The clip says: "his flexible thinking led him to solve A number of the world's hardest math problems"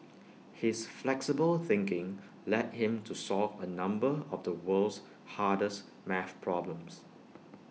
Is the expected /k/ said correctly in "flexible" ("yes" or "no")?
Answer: yes